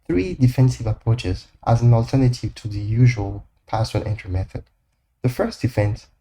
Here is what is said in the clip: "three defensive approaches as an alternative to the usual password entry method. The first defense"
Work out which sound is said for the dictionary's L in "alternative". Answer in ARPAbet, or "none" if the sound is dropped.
L